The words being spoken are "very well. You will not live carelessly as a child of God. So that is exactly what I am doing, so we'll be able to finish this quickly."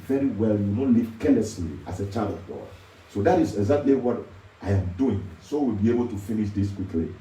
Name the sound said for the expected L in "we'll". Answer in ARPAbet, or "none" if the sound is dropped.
L